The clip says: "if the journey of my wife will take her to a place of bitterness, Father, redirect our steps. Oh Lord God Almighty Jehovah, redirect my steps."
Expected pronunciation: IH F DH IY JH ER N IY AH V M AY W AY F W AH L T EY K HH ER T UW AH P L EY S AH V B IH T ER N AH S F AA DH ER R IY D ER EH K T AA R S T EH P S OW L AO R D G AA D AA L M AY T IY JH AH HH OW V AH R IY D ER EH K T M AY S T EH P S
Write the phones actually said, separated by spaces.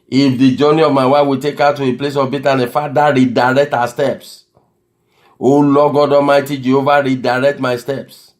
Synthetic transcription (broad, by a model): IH F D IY JH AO N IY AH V M AY W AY W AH T EY K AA T UW AH P L EY S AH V B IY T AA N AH F AA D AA R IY D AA EH K T AA S T EH P S OW L AO G AA D AA M AY T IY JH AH OW V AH R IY D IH EH K T M AY S T EH P S